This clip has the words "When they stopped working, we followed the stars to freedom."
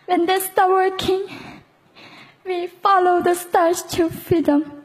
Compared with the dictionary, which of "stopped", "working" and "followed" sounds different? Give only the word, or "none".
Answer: stopped